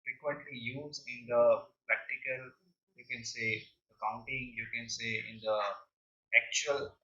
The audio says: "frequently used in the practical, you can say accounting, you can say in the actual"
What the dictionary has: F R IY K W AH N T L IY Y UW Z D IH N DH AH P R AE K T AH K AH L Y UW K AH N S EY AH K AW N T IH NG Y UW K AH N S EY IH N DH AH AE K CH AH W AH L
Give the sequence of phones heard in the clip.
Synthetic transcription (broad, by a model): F R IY K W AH N T L IY Y UW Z IH N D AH P R AE K T AH K AH L Y UW K AH N S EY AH K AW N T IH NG Y UW K AH N S EY IH N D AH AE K CH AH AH L